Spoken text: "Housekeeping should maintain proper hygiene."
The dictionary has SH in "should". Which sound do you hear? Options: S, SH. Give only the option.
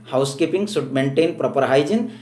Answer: S